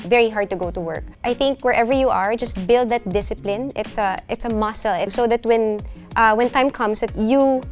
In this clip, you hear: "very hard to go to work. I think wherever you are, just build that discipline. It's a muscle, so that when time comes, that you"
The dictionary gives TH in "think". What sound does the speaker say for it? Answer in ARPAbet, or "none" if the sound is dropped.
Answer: TH